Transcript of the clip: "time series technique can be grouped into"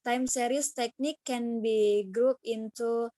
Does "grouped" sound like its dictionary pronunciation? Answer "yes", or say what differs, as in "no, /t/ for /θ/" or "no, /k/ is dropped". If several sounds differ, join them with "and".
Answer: no, /t/ is dropped